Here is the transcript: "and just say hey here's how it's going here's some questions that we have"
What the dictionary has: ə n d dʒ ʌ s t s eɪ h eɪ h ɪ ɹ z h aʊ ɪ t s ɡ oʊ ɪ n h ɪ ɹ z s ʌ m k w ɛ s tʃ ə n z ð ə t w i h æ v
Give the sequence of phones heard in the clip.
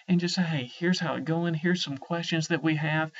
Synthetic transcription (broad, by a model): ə n dʒ ʌ s t s eɪ h eɪ h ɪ ɹ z h aʊ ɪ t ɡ oʊ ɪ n h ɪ ɹ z s ʌ m k w ɛ s tʃ ə n z ð ə t w i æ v